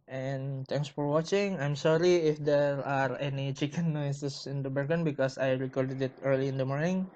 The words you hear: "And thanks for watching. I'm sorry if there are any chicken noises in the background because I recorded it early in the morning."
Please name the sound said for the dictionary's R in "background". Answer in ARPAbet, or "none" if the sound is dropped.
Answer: none